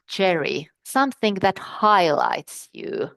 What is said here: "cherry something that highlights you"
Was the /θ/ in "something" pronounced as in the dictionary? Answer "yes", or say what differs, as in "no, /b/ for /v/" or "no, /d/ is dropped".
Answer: yes